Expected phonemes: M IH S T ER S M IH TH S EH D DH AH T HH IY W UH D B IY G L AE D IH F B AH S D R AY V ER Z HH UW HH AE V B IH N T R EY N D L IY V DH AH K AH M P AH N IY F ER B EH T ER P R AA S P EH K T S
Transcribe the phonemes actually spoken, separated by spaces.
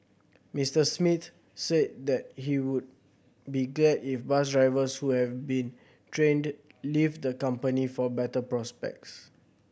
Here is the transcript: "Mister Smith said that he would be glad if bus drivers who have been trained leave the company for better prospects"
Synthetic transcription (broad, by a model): M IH S T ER S M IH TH S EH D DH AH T HH IY W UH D B IY G L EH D IH F B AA S D R AY V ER S HH UW HH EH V B IH N T R EY N D L IY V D AH K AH M P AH N IY F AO B EH T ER P R AA S P EH K T S